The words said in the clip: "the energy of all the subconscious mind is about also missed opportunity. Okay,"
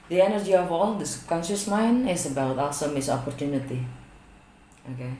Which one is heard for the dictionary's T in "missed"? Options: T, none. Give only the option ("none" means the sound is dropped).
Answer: none